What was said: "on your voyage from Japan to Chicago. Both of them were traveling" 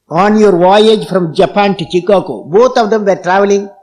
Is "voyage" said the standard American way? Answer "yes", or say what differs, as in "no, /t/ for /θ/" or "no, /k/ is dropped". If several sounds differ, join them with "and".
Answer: yes